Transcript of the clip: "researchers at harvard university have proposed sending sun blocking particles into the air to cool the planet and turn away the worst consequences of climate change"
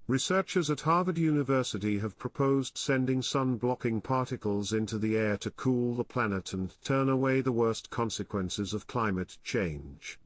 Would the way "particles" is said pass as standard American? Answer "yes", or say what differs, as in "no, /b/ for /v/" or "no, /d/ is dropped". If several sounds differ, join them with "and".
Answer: yes